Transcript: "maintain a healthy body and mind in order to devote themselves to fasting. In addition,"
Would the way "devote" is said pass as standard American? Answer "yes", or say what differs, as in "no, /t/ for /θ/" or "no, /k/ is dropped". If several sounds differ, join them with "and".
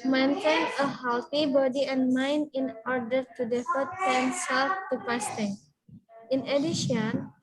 no, /f/ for /v/